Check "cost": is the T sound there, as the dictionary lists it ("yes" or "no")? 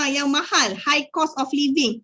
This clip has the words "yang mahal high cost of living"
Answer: no